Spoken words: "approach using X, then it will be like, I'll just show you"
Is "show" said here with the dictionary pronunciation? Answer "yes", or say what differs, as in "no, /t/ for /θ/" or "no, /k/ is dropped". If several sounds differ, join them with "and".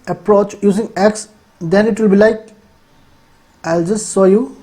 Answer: no, /s/ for /ʃ/